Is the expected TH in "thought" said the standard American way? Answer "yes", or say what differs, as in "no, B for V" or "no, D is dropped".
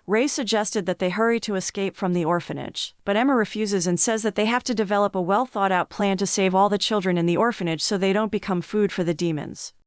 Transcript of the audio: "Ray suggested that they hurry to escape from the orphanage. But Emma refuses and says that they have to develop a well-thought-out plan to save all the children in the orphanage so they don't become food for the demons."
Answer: yes